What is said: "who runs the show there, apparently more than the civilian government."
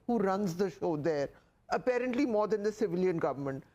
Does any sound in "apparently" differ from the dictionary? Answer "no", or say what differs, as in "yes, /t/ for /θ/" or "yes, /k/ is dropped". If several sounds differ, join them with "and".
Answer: no